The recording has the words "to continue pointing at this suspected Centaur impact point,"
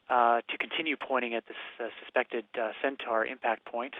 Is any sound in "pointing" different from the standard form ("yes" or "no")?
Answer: yes